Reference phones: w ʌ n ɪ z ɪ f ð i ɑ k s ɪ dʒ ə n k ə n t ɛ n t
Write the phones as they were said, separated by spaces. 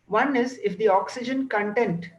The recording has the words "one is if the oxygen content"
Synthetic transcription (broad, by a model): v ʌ n ɪ z ɪ f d i ɑ k s ɪ dʒ ə n k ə n t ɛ n t